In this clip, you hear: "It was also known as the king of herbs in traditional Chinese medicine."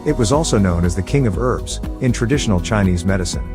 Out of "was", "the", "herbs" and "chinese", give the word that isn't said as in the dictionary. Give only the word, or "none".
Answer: none